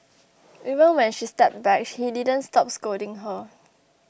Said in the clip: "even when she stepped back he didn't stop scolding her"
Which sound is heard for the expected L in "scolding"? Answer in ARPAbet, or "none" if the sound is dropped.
none